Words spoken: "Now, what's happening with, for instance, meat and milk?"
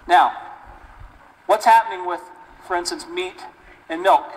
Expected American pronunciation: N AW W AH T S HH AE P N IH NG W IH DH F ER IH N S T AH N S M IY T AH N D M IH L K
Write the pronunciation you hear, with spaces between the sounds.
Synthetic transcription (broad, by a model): N AW W AH T S HH AE P N IH NG W IH DH F ER IH N S T AH N S M IY T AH N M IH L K